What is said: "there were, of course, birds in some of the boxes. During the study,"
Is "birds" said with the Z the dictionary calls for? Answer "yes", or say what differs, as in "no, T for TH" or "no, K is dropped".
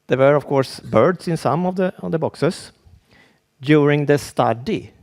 no, S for Z